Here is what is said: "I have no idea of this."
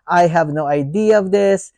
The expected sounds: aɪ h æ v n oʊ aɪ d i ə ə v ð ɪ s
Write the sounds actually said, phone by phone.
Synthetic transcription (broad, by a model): aɪ h æ v n oʊ aɪ d i ə ə v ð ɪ s